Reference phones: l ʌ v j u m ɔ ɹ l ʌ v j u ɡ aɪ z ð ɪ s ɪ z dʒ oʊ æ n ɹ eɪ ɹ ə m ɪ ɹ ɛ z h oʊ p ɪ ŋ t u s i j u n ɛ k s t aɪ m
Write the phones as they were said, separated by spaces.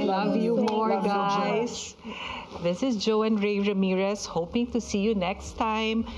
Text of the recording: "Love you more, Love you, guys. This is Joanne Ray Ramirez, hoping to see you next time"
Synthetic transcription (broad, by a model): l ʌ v j u m ɔ ɹ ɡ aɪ s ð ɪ s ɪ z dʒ oʊ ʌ n ɹ eɪ ɹ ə m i ɹ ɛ s h oʊ p ɪ ŋ t u s i j u n ɛ k s t aɪ m